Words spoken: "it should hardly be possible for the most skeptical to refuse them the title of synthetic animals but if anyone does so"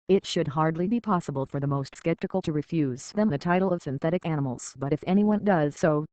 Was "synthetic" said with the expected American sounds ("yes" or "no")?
yes